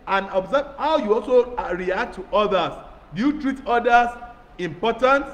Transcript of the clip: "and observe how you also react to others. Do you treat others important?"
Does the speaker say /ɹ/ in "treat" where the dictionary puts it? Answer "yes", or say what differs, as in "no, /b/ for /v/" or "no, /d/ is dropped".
yes